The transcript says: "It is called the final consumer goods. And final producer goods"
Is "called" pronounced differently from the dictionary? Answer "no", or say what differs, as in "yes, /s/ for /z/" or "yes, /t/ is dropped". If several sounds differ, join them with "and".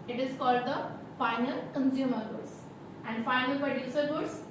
no